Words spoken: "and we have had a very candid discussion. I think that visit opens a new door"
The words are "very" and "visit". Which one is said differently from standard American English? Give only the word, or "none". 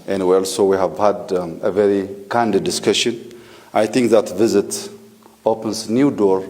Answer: none